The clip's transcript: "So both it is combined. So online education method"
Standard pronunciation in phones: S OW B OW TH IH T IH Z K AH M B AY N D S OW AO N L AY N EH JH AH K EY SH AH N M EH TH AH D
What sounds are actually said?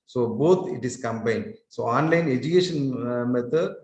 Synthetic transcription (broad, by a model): S OW B OW T IH T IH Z K AH M B AY N D S OW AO N L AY N EH JH AH K EY SH AH N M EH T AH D